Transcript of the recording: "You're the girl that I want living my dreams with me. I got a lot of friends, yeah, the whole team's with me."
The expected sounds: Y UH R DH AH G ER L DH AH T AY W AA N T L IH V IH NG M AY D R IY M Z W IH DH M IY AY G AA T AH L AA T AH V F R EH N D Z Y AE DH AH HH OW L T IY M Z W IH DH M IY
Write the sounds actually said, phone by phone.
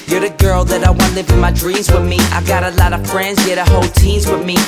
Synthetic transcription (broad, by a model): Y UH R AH G ER L DH AH T AY W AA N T L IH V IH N M AY D R IY M Z W IH DH M IY AY G AA T AH L AA T AH V F R EH N D Z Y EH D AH HH OW L T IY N Z W IH DH M IY